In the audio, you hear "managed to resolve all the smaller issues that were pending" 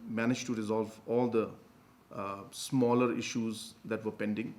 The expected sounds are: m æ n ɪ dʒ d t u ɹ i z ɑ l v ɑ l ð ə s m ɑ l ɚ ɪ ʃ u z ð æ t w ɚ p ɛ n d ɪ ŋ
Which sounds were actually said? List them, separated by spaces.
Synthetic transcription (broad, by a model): m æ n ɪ dʒ t u ɹ i z ɑ l v ɑ l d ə s m ɑ l ɚ ɪ ʃ u z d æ t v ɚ p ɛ n d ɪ ŋ